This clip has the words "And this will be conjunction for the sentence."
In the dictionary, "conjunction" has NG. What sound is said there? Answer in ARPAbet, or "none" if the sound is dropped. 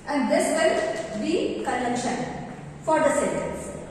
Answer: none